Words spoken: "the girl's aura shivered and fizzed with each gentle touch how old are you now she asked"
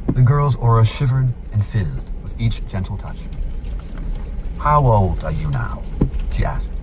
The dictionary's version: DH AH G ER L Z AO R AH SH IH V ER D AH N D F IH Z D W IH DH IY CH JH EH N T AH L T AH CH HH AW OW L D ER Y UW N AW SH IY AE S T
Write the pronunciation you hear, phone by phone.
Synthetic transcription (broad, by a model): DH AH G ER L Z AO R AH SH IH V ER D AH N F IH Z D W IH DH IY CH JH EH N T L T AH CH HH AW OW L D ER Y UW N AW SH IY AE S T